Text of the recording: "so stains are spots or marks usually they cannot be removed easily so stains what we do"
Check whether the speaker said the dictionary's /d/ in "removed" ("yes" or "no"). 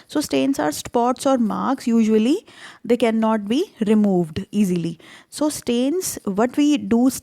yes